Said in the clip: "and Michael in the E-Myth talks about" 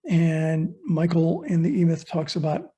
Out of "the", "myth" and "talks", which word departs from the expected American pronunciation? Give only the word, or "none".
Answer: none